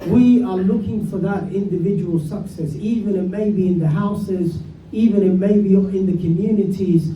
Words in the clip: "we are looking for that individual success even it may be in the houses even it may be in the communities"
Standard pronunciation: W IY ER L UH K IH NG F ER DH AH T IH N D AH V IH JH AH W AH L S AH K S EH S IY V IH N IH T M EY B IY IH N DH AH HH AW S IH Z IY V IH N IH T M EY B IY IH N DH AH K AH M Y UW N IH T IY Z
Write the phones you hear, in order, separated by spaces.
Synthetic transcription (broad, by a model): W IY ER L UH K IH NG F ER DH AH T IH N D AH V IH JH AH W AH L S AH K S EH S IY V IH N IH T M EY B IY IH N DH AH HH AW S IH Z IY V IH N IH T M EY B IY IH N DH AH K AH M Y UW N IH T IY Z